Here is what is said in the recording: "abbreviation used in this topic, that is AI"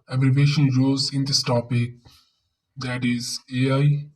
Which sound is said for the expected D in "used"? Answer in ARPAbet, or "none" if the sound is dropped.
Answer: none